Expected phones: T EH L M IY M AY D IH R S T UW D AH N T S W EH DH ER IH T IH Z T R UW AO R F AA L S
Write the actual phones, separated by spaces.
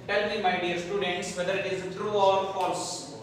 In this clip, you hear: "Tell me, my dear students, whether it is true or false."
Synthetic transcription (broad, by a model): T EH L M IY M AY D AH R S T UW D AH N T S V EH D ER IH T IH Z T R UW AO R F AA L S